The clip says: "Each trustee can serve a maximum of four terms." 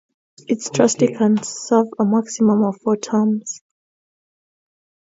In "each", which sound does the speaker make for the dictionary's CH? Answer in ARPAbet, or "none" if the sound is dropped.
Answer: S